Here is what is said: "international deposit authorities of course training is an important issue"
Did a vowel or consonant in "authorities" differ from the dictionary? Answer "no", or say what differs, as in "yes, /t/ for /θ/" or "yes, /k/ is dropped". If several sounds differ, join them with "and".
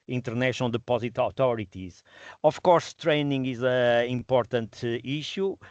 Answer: yes, /t/ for /θ/